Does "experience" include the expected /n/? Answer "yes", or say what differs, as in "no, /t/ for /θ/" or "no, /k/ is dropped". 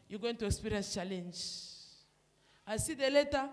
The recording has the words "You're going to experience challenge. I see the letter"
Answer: no, /n/ is dropped